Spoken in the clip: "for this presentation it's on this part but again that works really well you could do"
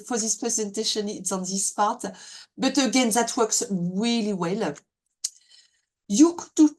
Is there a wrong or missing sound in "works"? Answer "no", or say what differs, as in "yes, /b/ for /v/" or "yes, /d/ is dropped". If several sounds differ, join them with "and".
no